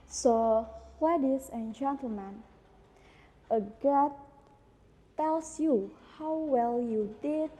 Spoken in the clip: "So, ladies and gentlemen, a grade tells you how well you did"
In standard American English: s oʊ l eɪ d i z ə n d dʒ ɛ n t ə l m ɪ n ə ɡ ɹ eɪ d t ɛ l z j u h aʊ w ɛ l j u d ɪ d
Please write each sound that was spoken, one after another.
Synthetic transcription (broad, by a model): s oʊ w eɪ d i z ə n dʒ ɛ n t ə l m ɪ n ə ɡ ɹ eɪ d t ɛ l s j u h aʊ w ɛ l j u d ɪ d